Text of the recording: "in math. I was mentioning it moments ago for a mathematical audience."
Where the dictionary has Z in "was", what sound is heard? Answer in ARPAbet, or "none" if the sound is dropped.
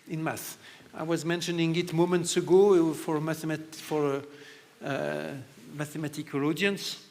Z